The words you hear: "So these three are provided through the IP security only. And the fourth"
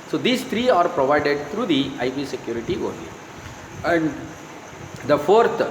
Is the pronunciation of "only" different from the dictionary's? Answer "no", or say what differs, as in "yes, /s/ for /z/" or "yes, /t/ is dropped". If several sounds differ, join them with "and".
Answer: yes, /n/ is dropped